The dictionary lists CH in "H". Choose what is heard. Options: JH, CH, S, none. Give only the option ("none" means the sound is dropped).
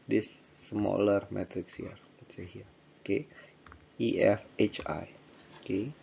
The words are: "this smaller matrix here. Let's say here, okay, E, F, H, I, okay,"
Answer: CH